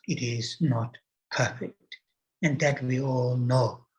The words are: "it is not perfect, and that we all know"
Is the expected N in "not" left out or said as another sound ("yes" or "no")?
no